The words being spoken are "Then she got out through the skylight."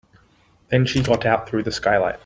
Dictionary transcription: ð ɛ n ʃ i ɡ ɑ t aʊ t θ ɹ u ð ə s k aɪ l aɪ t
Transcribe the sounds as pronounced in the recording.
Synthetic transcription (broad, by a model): ð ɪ n ʃ i ɡ ɑ t aʊ t θ ɹ u ð ə s k aɪ l aɪ t